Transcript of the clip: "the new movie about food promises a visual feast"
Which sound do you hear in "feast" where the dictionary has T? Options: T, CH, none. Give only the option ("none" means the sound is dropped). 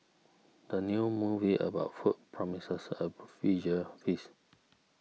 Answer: none